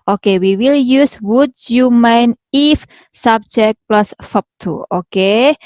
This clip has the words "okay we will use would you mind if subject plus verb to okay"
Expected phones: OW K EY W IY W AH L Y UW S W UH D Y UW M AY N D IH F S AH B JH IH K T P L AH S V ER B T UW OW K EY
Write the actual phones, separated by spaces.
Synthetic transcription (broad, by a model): OW K EY W IY W AH L Y UW S W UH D Y UW M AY N IH F S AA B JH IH K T P L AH S F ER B T UW OW K EY